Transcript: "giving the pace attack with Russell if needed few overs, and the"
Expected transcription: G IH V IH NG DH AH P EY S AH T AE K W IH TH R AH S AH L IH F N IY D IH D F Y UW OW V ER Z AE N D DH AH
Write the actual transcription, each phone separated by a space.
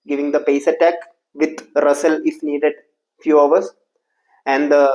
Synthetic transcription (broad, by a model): G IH V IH NG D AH P EY S AH T AE K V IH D R AH S AH L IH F N IY D IH D F Y UW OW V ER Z AE N D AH